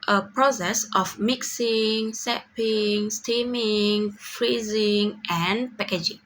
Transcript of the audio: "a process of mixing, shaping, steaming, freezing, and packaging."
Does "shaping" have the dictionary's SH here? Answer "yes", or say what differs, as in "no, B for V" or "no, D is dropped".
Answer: no, S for SH